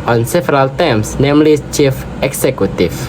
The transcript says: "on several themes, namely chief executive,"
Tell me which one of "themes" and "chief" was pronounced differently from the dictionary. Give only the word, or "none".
themes